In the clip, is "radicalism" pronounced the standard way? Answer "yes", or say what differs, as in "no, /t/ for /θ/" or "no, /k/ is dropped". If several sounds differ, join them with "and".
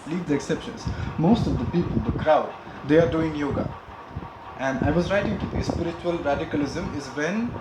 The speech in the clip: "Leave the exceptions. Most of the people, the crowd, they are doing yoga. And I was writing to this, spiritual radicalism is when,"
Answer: yes